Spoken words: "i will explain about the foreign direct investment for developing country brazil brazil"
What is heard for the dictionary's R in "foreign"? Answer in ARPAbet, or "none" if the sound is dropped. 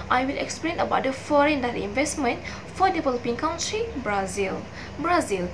R